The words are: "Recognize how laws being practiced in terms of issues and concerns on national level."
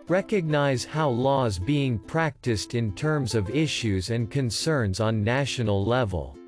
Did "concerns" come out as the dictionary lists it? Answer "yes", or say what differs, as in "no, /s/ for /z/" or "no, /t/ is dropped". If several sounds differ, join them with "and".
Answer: yes